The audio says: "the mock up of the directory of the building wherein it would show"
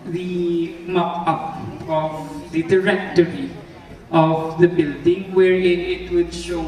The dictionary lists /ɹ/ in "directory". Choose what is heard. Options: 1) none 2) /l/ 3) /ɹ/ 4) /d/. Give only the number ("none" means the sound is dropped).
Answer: 3